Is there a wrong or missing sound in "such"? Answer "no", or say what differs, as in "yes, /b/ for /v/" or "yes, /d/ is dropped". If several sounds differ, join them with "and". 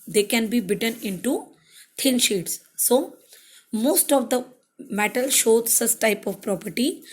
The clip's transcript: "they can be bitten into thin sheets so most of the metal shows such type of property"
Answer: yes, /s/ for /tʃ/